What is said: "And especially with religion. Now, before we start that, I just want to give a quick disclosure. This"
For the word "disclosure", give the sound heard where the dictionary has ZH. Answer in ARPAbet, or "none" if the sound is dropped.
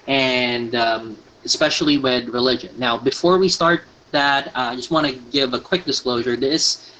ZH